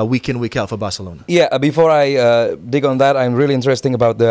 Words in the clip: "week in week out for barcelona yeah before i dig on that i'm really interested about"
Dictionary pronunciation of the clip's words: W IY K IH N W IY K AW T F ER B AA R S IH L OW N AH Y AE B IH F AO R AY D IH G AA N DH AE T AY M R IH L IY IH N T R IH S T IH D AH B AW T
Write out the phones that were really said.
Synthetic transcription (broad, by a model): W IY K IH N W IY K AW T F ER B AA R S IH L OW N AH Y AE B IH F AO R AY D IH G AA N DH AE T AY M R IH L IY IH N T R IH S T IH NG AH B AW T